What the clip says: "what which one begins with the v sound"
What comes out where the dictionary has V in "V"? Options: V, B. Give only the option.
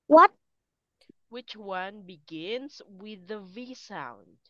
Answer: V